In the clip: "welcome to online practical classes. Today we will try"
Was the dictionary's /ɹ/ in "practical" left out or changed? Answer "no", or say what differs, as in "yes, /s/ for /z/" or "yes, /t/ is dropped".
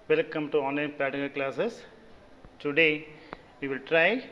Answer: yes, /ɹ/ is dropped